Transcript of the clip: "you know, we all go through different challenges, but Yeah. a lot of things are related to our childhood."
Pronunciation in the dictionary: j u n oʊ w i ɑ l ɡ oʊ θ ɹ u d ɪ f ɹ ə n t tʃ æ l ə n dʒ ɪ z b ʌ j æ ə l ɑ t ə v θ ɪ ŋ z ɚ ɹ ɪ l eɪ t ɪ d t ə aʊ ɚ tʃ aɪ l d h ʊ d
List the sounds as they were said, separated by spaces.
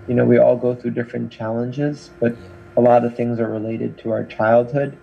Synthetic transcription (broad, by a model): j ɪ n oʊ w i ɑ l ɡ oʊ θ ɹ u d ɪ f ɹ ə n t tʃ æ l ə n dʒ ɪ z b ʌ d ə l ɑ t ə v θ ɪ ŋ z ɚ ɹ ɪ l eɪ t ɪ d t ə aʊ ɚ tʃ aɪ l d h ʊ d